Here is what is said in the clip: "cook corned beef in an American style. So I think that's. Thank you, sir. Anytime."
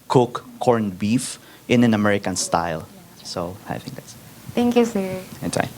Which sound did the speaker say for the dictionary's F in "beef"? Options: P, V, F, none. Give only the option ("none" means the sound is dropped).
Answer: F